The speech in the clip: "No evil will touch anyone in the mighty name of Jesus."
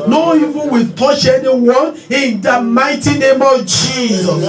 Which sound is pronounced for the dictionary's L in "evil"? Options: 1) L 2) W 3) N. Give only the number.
3